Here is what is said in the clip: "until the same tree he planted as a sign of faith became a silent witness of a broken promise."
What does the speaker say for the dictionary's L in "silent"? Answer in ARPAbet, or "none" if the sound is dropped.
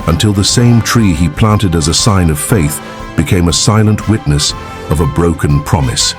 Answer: L